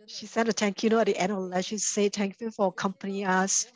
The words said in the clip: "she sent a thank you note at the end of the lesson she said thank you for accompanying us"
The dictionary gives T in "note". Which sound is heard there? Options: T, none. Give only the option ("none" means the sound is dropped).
none